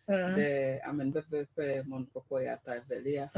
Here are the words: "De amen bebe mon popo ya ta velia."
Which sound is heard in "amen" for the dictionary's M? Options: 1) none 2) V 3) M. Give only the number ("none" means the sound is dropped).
3